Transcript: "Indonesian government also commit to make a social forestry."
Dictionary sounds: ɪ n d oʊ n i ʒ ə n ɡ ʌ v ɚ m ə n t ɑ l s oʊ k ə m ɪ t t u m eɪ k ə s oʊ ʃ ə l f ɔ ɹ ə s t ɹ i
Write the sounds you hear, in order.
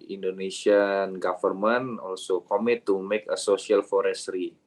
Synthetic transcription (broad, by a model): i n d oʊ n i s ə n ɡ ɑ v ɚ m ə n ɑ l s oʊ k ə m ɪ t t u m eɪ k ə s oʊ s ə l f ɔ ɹ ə s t ɹ i